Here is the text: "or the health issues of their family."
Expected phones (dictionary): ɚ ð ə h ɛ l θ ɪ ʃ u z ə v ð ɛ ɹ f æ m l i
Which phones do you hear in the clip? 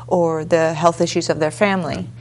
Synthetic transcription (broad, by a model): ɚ ð ə h ɛ l θ ɪ ʃ u z ə v ð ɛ ɹ f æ m l i